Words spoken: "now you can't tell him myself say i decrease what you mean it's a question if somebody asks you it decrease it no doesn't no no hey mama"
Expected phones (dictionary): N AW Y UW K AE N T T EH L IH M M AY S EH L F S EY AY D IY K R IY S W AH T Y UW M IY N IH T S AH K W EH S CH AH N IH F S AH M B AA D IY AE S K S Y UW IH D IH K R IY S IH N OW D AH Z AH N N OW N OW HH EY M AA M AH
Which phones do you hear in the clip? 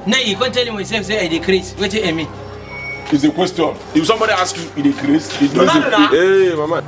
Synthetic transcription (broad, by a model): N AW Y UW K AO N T T EH L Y M AY S EH L F S EY AY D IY K R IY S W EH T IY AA M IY IH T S AH K W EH S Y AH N IH F S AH M B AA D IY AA S K Y UW IH D IH K R IY S IH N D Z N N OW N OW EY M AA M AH